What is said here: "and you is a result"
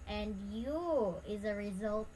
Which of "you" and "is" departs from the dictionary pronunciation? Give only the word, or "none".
none